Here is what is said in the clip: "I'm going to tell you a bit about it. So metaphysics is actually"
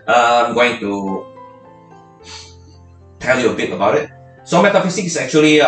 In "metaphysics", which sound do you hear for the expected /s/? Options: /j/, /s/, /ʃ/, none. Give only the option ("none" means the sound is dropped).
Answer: none